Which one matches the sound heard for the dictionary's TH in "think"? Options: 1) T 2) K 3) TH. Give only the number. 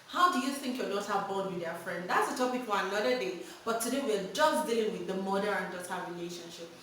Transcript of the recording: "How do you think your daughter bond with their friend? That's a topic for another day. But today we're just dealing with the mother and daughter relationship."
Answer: 3